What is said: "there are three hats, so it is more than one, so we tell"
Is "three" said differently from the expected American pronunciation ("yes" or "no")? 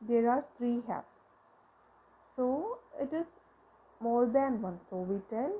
yes